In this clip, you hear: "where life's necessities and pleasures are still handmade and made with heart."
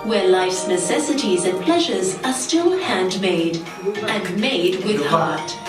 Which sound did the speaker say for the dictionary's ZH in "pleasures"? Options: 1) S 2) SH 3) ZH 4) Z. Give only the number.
3